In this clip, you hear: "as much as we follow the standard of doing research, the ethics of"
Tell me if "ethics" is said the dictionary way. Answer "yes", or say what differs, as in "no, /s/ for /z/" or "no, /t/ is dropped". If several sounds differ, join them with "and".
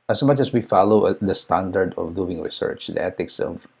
no, /t/ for /θ/